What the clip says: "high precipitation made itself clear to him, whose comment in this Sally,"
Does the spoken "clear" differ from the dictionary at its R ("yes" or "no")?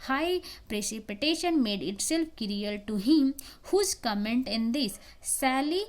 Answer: yes